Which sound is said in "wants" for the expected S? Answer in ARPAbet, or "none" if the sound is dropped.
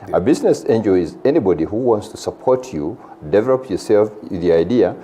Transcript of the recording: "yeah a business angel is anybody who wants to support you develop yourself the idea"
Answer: S